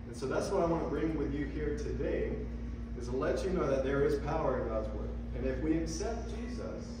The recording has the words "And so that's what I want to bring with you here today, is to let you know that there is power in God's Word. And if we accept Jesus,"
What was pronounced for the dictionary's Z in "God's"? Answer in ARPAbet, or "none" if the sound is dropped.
Z